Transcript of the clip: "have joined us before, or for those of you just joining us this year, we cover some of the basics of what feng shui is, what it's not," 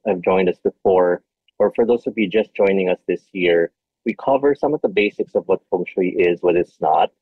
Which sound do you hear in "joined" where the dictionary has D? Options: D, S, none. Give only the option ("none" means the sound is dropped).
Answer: D